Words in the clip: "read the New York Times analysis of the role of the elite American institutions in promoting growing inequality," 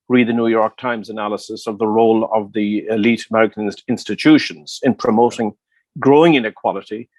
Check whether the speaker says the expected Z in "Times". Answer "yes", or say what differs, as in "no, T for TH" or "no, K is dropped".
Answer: yes